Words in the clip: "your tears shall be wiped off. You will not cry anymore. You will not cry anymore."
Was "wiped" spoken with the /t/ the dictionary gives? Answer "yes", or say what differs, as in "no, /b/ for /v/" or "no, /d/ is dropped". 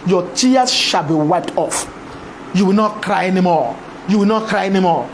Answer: yes